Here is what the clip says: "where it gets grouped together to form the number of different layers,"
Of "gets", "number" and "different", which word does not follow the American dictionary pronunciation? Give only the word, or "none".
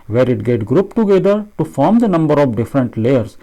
gets